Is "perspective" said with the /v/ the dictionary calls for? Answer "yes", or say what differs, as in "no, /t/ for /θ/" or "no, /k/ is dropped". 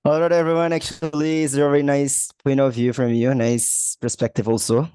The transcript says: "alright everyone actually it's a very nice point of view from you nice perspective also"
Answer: yes